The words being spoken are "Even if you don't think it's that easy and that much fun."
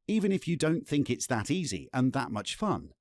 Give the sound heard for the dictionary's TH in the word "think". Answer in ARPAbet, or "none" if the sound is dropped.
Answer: TH